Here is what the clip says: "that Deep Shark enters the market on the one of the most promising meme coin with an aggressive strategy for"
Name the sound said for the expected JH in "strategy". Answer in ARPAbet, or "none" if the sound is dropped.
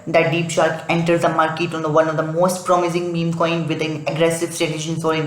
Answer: SH